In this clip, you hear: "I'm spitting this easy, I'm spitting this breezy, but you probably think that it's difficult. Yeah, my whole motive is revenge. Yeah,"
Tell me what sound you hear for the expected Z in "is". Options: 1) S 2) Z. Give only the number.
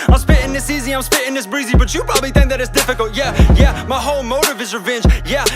2